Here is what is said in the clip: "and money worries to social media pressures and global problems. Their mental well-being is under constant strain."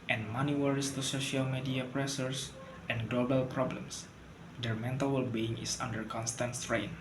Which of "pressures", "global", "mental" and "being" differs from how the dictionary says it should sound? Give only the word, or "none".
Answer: pressures